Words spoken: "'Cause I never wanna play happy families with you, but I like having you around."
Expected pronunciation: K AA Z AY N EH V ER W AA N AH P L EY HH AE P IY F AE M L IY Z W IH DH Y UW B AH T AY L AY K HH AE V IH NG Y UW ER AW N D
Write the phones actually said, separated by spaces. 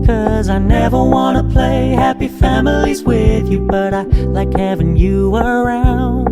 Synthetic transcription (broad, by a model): K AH Z AY N EH V ER W AA N AH P L EY HH AE P IY F AE M L IY Z W IH DH Y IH B AH T AY L AY K HH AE V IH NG Y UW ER AW N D